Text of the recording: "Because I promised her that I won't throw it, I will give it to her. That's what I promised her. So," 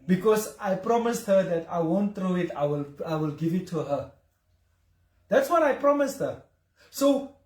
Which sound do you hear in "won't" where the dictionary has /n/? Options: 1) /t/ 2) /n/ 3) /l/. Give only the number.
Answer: 2